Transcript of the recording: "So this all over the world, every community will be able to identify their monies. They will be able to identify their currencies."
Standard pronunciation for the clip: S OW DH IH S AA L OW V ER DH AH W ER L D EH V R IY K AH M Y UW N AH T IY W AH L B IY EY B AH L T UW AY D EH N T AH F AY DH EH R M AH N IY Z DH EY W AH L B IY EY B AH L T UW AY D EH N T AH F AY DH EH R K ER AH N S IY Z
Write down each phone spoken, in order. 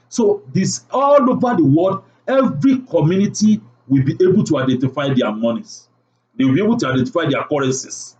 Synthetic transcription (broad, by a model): S OW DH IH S AA L OW V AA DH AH W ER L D EH V R IY K AH M Y UW N AH T IY W AH L B IY EY B AH L T UW AY D EH N T AH F AY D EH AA M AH N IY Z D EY W B IY EY B AH L T UW AY D EH N T AH F AY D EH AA K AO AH N S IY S